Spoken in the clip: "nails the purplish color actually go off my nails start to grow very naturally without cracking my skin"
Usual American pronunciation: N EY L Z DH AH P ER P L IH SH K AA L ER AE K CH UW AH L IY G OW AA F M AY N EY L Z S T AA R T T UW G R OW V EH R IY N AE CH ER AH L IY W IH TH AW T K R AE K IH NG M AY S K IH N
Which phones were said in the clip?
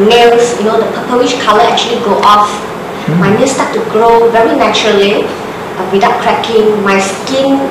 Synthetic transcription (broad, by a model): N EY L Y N AH P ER P W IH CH K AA L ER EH K CH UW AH L IY G OW AA F M AY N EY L S T AA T T UW G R OW V EH R IY N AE CH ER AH L IY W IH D AW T K R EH K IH NG M AY S K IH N